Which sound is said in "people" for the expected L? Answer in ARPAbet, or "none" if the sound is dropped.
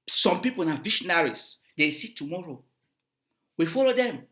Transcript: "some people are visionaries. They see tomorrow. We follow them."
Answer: N